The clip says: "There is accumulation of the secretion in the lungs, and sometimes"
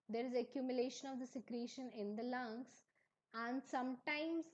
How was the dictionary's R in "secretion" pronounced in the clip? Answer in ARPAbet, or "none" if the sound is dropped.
R